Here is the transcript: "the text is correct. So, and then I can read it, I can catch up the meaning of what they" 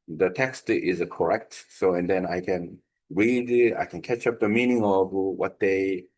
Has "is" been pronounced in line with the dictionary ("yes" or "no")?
yes